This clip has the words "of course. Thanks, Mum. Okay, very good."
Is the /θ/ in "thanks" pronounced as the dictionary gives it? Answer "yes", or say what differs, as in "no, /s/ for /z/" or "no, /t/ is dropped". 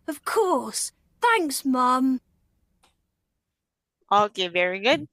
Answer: yes